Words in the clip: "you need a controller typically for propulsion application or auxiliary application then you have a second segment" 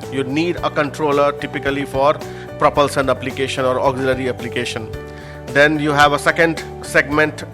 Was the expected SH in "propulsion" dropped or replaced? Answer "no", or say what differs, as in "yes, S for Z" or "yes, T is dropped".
yes, S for SH